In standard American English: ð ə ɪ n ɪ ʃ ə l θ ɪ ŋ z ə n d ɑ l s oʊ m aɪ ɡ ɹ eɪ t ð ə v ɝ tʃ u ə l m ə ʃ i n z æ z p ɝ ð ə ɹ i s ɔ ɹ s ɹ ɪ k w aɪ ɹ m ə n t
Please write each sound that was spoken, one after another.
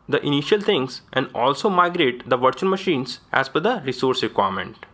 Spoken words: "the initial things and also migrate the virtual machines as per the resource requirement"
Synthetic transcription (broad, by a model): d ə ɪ n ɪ ʃ ə l t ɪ ŋ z ə n d ɑ l s oʊ m aɪ ɡ ɹ eɪ t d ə v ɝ tʃ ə n m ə ʃ i n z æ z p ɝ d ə ɹ i s ɔ ɹ s ɹ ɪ k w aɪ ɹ m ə n t